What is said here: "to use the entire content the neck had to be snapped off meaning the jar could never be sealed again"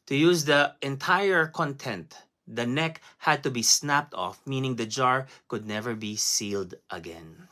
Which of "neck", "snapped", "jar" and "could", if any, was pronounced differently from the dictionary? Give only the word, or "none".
none